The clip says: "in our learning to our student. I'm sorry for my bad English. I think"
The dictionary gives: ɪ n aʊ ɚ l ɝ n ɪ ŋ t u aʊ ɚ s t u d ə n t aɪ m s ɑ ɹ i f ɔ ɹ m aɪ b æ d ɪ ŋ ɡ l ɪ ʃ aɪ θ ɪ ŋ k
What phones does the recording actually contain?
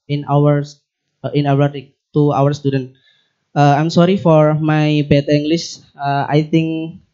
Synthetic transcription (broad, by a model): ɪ n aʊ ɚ w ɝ ɪ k t u aʊ ɚ s t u d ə n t aɪ m s ɑ ɹ i f ɔ ɹ m aɪ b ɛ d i ŋ ɡ l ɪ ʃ aɪ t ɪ ŋ k